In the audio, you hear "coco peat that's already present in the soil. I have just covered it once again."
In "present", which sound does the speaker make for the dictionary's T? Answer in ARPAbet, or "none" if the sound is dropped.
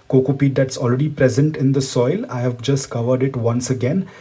T